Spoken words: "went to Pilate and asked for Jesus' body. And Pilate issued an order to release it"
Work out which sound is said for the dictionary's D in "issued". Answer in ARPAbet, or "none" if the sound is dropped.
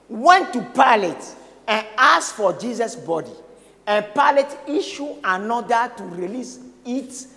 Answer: none